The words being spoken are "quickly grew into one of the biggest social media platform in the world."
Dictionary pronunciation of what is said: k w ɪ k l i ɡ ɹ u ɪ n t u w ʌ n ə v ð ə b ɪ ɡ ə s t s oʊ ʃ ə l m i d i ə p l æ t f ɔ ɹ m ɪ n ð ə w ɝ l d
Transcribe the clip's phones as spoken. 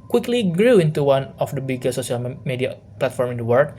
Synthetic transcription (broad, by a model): k w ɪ k l i ɡ ɹ u ɪ n t u w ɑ n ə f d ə b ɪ ɡ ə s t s oʊ s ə l m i d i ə p l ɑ t f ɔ ɹ m ɪ n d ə w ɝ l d